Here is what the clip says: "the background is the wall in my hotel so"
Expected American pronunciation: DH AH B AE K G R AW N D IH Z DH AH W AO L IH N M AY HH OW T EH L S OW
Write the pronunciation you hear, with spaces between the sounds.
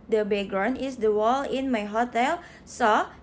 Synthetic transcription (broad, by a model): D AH B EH G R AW N IH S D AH W AO L IH N M AY HH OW T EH L S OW